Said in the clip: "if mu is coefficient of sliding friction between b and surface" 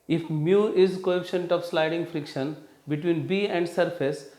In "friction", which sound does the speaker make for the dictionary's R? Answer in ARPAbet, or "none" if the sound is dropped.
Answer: R